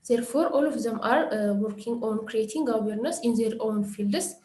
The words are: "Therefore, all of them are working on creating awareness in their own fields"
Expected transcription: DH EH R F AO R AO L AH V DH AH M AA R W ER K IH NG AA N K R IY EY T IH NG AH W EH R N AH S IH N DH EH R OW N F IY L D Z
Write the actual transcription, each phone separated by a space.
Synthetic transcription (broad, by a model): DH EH R F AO R AO L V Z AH M AA R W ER K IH NG AA N K R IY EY T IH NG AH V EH R N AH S IH N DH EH R OW N F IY L D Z